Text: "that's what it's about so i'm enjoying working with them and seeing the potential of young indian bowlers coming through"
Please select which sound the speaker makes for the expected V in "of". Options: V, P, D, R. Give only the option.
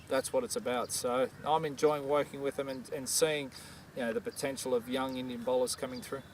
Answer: V